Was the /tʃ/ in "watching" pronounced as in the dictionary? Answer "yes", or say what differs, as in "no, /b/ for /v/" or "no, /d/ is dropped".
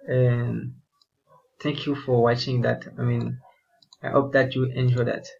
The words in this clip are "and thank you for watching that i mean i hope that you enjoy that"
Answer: yes